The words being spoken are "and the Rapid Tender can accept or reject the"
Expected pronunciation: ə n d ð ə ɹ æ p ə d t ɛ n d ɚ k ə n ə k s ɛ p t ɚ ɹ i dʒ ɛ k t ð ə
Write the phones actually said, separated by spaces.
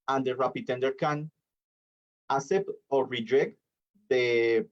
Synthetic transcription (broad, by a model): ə n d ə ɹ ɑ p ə t ɛ n d ɚ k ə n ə s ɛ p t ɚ ɹ i dʒ ɛ k t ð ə